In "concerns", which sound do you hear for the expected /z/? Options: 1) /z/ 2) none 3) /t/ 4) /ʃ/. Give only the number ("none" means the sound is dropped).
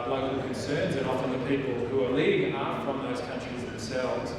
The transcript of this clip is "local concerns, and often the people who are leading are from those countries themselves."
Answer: 1